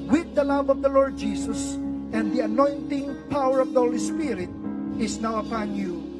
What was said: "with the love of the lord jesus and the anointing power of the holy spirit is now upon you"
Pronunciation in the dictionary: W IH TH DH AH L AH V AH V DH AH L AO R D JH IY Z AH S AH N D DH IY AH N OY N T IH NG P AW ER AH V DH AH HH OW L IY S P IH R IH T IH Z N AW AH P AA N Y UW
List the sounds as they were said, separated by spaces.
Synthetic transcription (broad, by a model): W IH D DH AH L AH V AH V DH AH L AO R D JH IY S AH S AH N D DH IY AH N OY N T IH NG P AW ER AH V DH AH HH OW L IY S P IH R IH T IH S N AW AH P AA N Y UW